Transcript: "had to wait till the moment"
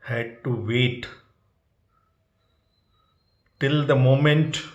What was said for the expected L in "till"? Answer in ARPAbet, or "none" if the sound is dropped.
L